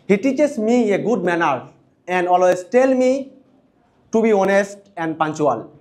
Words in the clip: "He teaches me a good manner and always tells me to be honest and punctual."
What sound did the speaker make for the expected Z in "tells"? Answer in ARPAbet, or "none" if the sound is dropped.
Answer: none